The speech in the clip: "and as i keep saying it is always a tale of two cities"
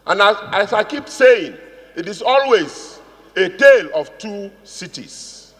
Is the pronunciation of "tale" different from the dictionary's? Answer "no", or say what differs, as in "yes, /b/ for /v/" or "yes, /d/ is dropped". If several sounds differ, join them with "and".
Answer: no